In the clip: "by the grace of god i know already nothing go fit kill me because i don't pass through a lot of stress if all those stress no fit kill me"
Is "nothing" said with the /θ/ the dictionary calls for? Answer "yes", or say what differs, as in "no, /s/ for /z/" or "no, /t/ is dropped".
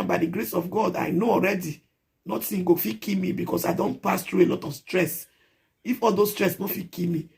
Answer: no, /s/ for /θ/